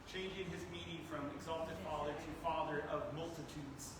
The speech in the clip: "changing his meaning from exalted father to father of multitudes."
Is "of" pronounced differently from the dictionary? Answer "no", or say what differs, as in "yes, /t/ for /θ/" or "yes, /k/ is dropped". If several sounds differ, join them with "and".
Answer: no